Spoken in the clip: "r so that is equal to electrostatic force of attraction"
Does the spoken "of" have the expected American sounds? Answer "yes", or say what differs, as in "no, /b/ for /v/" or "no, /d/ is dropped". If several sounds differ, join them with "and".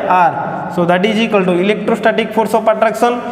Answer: no, /p/ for /v/